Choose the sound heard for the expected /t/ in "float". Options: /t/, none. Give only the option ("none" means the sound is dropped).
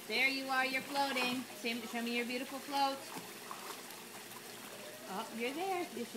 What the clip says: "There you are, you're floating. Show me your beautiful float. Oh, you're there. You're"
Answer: /t/